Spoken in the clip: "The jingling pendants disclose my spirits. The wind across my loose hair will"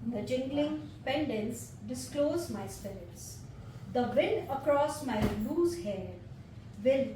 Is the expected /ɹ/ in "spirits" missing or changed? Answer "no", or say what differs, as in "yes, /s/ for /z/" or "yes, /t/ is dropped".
yes, /l/ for /ɹ/